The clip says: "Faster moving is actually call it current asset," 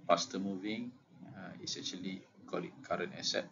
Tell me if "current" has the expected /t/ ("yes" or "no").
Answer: no